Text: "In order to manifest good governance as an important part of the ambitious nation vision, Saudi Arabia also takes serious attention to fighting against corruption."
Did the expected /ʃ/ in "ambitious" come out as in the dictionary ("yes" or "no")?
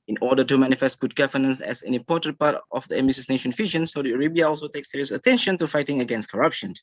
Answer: no